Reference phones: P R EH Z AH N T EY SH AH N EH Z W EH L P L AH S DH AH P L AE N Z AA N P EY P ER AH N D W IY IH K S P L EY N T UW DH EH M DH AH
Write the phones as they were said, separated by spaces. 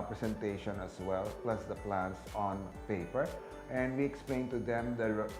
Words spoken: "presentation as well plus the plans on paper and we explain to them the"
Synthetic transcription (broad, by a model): P R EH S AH N T EY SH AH N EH S W EH L P L AH S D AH P L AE N S AA N P EY P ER AH N D W IY IH K S P L EY N T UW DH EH M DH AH